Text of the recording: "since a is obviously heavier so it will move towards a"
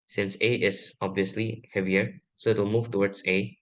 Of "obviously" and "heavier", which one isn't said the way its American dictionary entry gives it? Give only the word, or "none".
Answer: none